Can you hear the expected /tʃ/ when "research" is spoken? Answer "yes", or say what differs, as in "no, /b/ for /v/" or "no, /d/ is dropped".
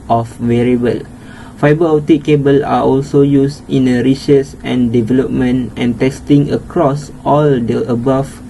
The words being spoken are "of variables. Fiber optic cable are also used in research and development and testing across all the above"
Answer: no, /s/ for /tʃ/